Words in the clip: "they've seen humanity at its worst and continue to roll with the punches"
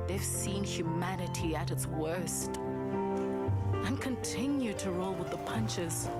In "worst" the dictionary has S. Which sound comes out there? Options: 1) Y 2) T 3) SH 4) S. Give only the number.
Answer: 4